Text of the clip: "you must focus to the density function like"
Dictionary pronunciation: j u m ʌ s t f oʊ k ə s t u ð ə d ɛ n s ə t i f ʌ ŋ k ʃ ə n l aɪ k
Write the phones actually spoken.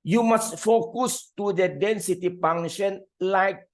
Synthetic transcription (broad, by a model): j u m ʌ s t f oʊ k ə s t u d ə d ɛ n s ə t i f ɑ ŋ ʃ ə n l aɪ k